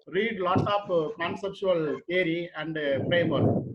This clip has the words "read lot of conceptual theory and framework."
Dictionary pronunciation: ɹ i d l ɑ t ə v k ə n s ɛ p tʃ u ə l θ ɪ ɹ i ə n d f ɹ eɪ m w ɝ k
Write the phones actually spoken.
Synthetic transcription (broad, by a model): ɹ i d l ɑ t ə p k ə n s ɛ p tʃ u ə l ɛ ɹ i ə n d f ɹ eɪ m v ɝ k